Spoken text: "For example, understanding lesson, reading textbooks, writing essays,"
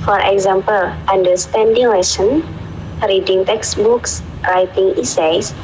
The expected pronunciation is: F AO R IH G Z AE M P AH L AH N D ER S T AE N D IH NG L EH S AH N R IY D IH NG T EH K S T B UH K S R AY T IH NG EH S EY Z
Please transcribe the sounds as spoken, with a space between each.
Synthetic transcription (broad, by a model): F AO R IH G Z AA M P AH L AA N D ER S T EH N D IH NG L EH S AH N R IY D IH NG T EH K S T B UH K S R AY T IH NG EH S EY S